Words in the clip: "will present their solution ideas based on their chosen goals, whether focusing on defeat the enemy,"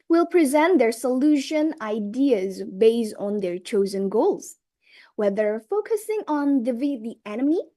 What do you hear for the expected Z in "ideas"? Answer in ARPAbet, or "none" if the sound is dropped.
Z